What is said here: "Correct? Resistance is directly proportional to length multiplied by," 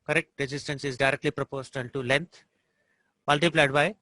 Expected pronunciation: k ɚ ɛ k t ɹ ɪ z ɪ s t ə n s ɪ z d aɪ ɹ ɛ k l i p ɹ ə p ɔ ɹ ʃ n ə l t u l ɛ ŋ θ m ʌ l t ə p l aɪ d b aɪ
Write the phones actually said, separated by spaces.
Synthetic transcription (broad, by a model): k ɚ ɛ k t ɹ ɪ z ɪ s t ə n s ɪ z d aɪ ɹ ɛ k l i p ɹ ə p ɔ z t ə n t u l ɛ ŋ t m ʌ l t ə p l aɪ d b aɪ